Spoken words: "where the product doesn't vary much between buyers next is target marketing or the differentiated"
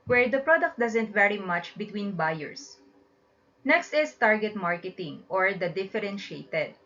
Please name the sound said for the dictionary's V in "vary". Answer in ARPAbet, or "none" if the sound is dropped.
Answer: V